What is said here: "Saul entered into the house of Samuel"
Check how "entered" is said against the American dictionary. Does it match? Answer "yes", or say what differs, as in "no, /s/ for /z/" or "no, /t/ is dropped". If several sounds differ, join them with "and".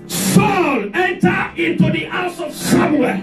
no, /d/ is dropped